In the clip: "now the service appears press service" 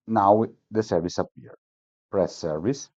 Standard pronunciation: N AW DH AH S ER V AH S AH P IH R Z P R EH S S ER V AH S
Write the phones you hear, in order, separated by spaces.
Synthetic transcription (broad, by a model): N AW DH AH S ER V AH S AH P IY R P R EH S S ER V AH S